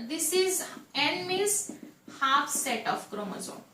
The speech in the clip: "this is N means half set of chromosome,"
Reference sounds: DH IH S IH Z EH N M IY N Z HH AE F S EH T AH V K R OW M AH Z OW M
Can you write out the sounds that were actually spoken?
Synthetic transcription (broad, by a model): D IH S IH Z EH N M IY Z HH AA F S EH T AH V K R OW M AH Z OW